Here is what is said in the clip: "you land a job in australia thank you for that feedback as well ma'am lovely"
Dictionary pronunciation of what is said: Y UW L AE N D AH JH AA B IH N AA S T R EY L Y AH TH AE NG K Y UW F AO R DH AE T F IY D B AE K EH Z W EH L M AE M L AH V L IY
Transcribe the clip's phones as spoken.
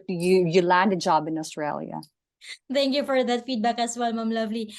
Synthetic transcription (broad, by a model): Y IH L AE N D AH JH AA B IH N AA S T R EY L Y AH T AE NG K Y UW F AO R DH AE T F IY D B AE K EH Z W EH L M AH M L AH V L IY